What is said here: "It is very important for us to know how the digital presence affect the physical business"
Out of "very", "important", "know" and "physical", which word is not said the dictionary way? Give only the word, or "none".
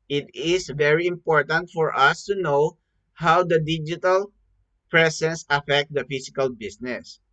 physical